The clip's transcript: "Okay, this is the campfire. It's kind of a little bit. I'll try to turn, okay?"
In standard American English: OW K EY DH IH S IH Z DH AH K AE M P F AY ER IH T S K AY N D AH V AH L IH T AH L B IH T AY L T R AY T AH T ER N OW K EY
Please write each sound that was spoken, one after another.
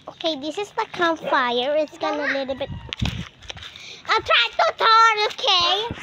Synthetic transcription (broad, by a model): OW K EY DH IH S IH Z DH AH K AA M F AY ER IH T S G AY N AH AH L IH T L B IH T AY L T R AY T AH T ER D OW K EY